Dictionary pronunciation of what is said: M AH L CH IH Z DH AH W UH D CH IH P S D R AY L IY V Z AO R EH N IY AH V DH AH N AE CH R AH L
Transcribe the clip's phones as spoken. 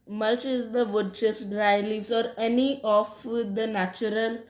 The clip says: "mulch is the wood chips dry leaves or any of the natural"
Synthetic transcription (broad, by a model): M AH L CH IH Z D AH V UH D SH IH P S D R AY L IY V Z AO R EH N IY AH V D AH N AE CH R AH L